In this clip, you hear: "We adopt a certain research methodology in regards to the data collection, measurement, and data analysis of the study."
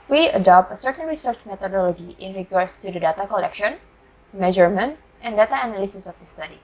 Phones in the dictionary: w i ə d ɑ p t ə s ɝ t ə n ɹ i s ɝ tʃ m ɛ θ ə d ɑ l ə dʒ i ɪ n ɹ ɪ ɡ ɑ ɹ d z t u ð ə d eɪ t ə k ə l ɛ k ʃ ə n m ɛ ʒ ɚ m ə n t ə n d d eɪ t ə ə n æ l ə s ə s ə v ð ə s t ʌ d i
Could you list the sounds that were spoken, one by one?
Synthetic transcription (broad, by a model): w i ə d ɑ p t ə s ɝ t ə n ɹ i s ɝ tʃ m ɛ t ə d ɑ l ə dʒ i ɪ n ɹ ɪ ɡ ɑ ɹ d s t u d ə d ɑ t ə k ə l ɛ k ʃ ə n m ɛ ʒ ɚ m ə n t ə n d d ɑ t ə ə n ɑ l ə s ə s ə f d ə s t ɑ d i